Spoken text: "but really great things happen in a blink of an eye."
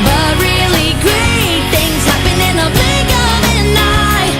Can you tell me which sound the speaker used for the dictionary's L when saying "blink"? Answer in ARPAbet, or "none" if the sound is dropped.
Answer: none